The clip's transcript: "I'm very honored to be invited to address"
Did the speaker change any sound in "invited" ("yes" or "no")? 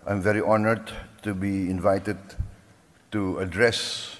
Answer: no